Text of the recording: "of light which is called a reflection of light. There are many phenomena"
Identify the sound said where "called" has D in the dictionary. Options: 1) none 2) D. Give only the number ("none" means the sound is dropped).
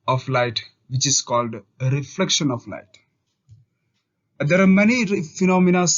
2